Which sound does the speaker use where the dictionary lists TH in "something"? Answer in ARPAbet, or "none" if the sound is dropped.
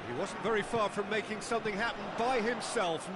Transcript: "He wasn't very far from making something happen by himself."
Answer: TH